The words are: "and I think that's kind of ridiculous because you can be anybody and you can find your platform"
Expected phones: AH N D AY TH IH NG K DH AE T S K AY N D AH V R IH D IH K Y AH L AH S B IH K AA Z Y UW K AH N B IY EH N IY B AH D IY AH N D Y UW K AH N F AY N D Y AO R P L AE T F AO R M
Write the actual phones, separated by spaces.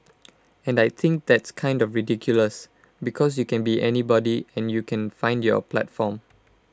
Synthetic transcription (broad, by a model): AH N D AY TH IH NG K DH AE T S K AY N D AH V R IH D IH K Y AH L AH S B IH K AA S Y UW K AH N B IY EH N IY B AH D IY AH N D Y UW K AH N F AY N D Y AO P L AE T F AO M